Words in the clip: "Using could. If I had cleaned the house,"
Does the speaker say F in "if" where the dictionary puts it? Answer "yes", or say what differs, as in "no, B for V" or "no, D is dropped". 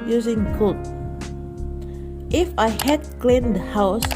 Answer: yes